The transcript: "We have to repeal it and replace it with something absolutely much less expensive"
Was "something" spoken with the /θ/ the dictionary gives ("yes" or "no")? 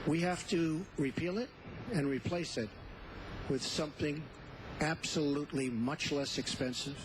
yes